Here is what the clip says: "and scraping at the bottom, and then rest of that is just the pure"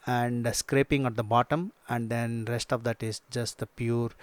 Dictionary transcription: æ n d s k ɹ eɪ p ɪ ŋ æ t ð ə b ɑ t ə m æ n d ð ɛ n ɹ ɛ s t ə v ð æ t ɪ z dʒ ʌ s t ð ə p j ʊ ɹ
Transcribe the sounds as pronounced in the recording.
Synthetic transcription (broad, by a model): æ n d s k ɹ eɪ p ɪ ŋ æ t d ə b ɑ t ə m æ n d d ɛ n ɹ ɛ s t ə v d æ t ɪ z dʒ ʌ s t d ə p j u ɹ